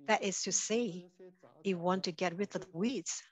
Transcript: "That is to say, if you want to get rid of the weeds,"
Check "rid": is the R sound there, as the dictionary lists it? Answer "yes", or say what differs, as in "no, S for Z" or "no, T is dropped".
no, W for R